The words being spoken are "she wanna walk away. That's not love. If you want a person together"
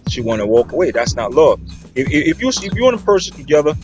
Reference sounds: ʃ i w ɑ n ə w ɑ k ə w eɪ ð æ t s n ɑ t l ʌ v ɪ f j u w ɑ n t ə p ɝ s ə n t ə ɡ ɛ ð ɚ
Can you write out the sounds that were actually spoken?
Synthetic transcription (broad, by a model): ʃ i w ɑ n ə w ɑ k ə w eɪ ð æ t s n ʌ t l ʌ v ɪ f j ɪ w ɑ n ə p ɝ s ə n t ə ɡ ɛ ð ɚ